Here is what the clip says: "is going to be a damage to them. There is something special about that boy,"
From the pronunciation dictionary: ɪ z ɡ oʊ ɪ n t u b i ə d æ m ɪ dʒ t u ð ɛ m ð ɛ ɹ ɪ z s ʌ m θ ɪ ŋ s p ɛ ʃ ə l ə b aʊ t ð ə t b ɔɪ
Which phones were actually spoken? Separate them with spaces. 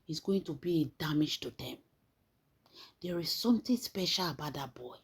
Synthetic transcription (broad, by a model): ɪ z ɡ oʊ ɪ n t u b i ə d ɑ m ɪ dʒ t u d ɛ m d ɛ ɹ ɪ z s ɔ m t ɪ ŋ s p ɛ ʃ ə l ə b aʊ t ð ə t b ɔɪ